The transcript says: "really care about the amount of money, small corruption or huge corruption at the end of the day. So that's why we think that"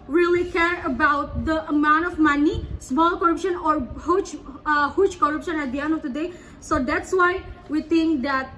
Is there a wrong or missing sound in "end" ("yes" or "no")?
yes